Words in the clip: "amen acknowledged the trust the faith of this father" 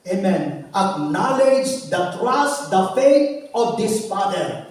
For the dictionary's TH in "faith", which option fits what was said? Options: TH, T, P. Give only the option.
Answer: T